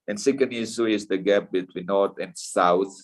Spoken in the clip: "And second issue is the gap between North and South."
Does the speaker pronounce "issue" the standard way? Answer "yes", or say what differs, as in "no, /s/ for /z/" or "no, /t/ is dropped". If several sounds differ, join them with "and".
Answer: no, /s/ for /ʃ/